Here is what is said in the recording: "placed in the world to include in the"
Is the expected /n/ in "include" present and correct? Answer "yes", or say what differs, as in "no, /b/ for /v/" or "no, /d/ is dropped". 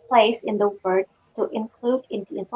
yes